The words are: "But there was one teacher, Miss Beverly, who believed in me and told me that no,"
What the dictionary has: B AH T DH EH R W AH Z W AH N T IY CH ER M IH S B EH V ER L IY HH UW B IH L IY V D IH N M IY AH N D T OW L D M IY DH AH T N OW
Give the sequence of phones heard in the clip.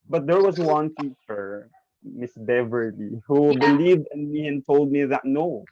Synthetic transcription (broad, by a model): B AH T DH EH R W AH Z W AH N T IY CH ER M IH S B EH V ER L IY HH UW B IH L IY V D IH N M IY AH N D T OW L D M IY DH AH T N OW